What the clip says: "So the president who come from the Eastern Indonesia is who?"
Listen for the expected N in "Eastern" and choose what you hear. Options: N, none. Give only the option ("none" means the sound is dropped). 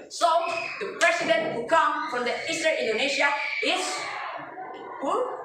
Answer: none